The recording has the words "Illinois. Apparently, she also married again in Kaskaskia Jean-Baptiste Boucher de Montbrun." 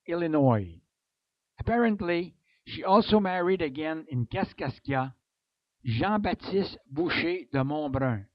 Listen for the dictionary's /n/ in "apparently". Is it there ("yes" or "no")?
yes